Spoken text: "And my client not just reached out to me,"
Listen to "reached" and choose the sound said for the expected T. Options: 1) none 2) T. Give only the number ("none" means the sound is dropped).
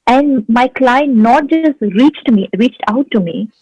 2